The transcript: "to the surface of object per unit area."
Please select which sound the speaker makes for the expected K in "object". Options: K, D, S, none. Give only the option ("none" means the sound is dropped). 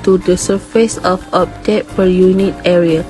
none